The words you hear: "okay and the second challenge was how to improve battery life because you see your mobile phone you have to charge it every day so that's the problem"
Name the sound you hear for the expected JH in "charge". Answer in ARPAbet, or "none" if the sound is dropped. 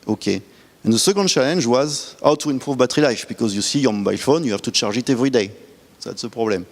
ZH